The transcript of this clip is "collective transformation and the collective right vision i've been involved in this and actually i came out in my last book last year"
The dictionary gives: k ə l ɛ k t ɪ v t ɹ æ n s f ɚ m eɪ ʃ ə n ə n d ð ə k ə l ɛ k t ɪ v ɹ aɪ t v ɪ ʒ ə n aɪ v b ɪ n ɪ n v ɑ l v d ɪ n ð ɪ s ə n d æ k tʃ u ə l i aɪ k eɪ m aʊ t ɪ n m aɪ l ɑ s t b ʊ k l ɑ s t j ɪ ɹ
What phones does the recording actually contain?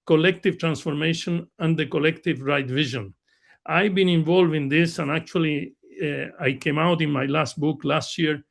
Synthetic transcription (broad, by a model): k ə l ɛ k t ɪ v t ɹ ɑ n s f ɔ m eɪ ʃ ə n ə n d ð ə k ə l ɛ k t ɪ v ɹ aɪ t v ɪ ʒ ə n aɪ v b ɪ n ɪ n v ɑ l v ɪ n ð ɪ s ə n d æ k tʃ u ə l i aɪ k eɪ m aʊ t ɪ n m aɪ l ɑ s t b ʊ k l ɑ s t j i ɹ